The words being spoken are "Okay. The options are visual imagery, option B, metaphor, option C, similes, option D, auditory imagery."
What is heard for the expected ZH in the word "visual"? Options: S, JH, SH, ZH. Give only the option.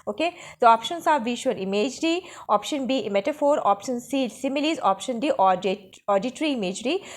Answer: SH